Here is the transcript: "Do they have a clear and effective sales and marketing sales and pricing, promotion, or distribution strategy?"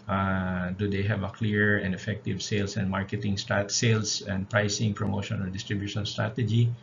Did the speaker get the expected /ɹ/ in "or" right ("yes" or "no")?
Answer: no